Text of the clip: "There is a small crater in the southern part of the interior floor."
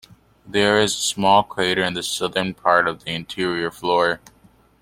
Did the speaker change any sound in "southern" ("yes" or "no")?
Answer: no